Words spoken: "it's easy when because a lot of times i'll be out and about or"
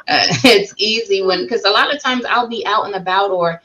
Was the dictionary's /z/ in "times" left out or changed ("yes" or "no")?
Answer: no